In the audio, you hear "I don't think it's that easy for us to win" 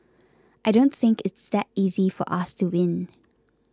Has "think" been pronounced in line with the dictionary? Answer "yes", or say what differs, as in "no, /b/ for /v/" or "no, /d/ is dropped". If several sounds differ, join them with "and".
yes